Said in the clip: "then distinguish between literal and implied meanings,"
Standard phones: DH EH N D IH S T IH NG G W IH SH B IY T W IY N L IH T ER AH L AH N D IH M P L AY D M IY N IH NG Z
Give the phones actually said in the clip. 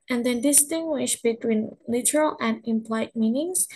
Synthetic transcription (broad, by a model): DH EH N D IH S T IH NG G W IH SH B IY T W IY N L IH T ER AH L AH N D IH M P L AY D M IY N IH NG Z